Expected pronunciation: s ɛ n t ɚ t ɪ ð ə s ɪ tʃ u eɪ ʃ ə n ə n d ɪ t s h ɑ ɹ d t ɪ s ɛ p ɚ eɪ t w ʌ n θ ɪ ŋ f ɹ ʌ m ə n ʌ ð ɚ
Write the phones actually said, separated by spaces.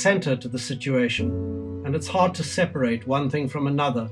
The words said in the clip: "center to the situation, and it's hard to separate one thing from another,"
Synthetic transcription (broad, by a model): s ɛ n t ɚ t ɪ ð ə s ɪ tʃ u eɪ ʃ ə n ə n ɪ t s h ɑ ɹ d t ɪ s ɛ p ɚ eɪ t w ʌ n θ ɪ ŋ f ɹ ʌ m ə n ʌ ð ɚ